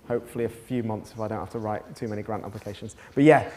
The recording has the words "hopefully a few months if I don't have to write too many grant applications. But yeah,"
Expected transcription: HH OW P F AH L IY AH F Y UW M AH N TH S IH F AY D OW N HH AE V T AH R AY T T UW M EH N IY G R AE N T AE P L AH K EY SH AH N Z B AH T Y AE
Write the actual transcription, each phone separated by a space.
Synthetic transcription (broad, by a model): HH OW P F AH L IY AH F Y UW M AH N TH S IH F AY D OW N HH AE F T AH R AY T T UW M EH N IY G R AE N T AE P L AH K EY SH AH N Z B AH T Y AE